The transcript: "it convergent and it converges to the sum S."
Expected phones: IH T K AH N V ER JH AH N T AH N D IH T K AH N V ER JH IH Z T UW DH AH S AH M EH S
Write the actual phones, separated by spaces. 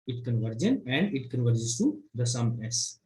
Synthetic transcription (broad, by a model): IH T K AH N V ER JH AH N AH N D IH T K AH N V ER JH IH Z T UW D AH S AH M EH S